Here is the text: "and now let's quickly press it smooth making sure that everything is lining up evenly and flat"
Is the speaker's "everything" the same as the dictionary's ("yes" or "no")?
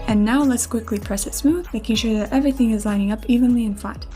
yes